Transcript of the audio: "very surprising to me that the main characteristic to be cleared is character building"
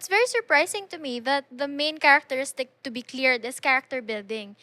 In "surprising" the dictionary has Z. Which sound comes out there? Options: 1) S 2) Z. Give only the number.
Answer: 1